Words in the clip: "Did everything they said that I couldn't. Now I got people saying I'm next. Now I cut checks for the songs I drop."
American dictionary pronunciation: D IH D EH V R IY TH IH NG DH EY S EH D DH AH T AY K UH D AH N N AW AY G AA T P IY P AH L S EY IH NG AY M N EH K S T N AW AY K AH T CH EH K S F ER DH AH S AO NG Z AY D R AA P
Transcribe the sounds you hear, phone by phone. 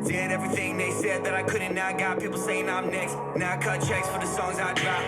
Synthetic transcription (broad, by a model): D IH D EH V R IY TH IH NG DH EY S EH D DH AH T AY K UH D N N AW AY G AA T P IY P L S EY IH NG AY M N EH K S T N AW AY K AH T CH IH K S F ER DH AH S AO NG Z AY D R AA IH